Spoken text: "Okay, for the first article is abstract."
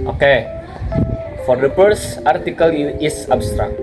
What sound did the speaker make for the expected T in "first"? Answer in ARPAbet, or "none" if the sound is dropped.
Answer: none